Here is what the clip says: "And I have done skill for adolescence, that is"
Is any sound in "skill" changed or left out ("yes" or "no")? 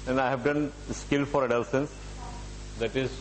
no